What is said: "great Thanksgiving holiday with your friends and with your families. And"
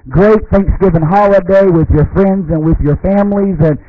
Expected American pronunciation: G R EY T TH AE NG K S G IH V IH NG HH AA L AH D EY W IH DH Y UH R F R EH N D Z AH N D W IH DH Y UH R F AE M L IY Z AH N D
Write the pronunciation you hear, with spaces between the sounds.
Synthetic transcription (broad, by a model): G R EY T TH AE NG K S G IH V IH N HH AA L AH D EY W IH DH Y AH R F R EH N D Z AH N W IH DH Y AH R F AE M L IY Z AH N